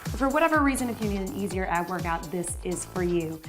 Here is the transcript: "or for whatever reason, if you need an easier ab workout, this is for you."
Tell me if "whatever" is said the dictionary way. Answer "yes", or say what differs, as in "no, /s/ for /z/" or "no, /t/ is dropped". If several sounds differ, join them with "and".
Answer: yes